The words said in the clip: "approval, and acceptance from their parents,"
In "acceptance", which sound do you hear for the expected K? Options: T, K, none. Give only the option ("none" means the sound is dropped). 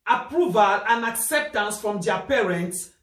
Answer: K